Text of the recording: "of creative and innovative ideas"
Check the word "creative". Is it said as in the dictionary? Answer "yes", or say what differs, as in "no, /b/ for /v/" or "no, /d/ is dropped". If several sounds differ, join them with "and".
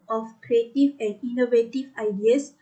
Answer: yes